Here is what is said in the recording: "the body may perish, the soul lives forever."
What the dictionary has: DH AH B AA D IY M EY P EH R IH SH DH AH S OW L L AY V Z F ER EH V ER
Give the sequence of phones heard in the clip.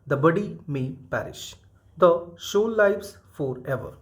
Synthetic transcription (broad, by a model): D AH B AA D IY M EY P EH R IH SH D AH SH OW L L AY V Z F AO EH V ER